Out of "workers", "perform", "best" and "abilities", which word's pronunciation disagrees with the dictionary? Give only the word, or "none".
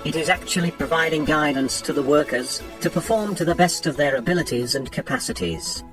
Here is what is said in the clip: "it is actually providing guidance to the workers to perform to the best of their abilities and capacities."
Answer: none